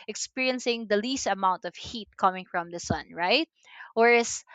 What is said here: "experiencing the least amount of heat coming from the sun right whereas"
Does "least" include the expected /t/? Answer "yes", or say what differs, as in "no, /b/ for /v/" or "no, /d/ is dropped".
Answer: yes